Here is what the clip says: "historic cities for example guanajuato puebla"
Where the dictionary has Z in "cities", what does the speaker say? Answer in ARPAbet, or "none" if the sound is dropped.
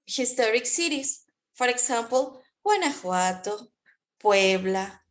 S